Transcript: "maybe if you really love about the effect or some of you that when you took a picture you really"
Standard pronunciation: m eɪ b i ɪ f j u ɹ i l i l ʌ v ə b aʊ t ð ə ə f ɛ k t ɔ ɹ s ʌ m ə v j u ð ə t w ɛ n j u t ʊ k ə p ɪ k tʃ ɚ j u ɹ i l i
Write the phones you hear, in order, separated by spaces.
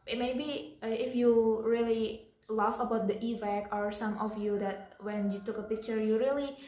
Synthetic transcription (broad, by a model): m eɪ b i ɪ f j u ɹ i l i l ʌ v ə b aʊ t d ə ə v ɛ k ɔ ɹ s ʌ m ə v j u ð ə t w ɛ n j u t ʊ k ə p ɪ k tʃ ɚ j u ɹ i l i